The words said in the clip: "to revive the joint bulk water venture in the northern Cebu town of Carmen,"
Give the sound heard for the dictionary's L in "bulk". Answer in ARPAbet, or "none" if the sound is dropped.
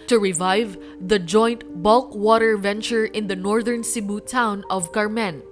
L